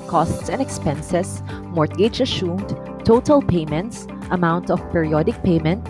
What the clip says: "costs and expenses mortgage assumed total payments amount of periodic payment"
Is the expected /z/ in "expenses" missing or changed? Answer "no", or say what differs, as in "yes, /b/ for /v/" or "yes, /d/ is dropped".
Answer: yes, /s/ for /z/